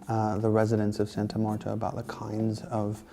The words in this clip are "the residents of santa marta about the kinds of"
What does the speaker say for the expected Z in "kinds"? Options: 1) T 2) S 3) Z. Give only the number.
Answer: 3